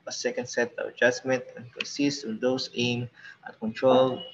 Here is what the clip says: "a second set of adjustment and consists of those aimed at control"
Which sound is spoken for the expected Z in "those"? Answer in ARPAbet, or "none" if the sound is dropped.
S